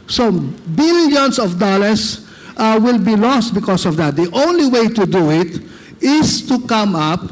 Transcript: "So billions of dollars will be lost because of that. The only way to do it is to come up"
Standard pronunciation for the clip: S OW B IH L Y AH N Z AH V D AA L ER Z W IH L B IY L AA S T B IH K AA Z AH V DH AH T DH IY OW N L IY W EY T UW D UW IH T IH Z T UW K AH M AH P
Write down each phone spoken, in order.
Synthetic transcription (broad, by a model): S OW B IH L Y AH N S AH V D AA L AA S W IH L B IY L AA S T B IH K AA S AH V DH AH T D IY OW N L IY W EY T UW D UW IH T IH S T UW K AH M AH P